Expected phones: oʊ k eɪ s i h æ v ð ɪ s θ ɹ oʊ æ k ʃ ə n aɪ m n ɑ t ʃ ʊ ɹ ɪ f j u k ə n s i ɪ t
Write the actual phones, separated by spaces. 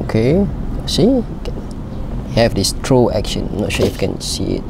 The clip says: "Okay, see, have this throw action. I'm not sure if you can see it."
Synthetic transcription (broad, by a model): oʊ k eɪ s i h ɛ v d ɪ s t ɹ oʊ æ k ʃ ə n n ɑ t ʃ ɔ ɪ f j k ə n s i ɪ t